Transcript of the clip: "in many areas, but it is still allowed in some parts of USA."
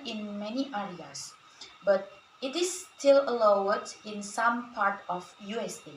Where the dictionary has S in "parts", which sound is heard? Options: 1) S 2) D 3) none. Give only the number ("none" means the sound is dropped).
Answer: 3